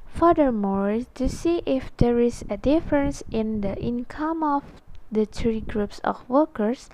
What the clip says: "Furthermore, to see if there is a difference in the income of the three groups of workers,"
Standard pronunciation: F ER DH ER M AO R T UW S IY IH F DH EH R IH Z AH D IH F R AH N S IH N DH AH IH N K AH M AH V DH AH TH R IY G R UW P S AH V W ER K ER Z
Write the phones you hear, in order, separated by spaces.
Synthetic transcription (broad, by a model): F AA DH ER M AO R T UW S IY IH F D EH R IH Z AH D IH F R AH N S IH N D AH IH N K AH M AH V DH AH T R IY G R UW P S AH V W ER K ER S